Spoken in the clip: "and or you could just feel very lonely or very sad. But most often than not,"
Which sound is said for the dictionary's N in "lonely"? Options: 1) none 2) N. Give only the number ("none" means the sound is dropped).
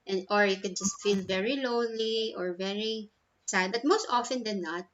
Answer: 1